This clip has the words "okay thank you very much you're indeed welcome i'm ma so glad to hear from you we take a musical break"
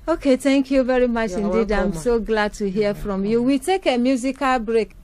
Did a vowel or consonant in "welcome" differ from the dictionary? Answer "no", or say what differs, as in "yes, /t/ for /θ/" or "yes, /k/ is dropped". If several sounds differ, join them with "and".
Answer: yes, /m/ is dropped